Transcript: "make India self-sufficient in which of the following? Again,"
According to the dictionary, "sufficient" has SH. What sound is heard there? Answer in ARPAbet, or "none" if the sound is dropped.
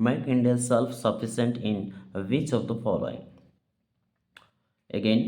S